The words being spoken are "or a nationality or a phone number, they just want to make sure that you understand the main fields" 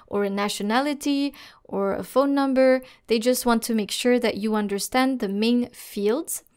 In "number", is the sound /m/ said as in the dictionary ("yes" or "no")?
yes